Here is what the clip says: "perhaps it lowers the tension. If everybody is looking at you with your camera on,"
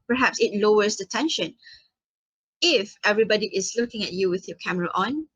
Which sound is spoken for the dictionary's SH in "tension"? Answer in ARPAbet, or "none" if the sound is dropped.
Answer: SH